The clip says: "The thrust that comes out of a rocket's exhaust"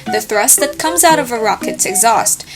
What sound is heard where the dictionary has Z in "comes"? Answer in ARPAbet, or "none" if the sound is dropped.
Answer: Z